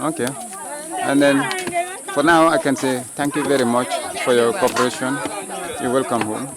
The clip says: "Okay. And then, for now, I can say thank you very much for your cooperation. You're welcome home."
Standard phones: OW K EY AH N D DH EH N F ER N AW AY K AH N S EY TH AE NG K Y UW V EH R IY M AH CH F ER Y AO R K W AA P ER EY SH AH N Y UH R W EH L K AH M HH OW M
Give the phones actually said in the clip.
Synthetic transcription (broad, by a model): OW K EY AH N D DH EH N F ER N AW AY K AH N S EY T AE NG K Y UW V EH R IY M AH CH F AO Y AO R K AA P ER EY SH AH N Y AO W EH L K AH M HH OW M